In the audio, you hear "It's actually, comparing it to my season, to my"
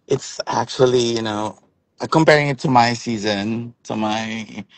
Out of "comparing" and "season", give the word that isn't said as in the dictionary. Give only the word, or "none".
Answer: none